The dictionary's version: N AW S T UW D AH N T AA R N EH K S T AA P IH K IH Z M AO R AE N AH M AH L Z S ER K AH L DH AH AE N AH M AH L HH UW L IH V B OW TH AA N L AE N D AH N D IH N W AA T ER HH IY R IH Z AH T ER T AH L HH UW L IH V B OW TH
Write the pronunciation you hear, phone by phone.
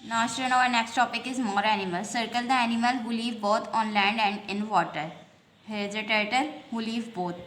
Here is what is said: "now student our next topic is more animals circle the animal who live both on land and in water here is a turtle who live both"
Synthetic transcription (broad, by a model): N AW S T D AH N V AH R N EH K S T AA P IH K IH Z M AO R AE N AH M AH L S ER K AH L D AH AE N AH M AH L HH UW L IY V B OW T AA N L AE N D AH N D IH N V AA T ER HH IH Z AH T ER T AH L HH UW L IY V B OW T